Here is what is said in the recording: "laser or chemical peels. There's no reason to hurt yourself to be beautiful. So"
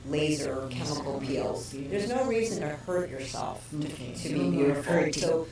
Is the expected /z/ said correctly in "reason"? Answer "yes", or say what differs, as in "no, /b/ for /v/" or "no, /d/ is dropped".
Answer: yes